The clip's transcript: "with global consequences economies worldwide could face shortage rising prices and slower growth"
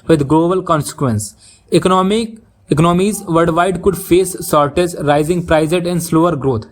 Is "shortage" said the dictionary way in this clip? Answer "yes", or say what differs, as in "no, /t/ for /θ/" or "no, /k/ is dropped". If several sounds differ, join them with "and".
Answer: no, /z/ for /dʒ/